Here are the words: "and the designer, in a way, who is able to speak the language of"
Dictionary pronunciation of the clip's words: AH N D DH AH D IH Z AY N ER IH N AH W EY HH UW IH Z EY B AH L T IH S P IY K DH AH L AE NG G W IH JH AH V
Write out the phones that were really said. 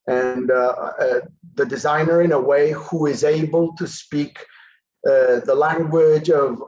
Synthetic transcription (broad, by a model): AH N DH AH D IH Z AY N ER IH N AH W EY HH UW IH Z EY B AH L T IH S P IY K DH AH L AE NG G W IH JH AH V